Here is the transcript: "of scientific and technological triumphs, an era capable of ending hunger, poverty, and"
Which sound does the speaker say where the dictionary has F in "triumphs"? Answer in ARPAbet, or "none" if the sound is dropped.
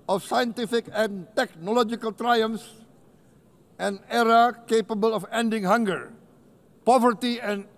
none